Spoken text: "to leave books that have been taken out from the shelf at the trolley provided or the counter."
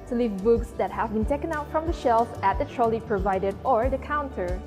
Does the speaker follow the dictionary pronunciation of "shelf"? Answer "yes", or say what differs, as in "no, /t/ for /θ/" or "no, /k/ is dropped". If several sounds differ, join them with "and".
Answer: yes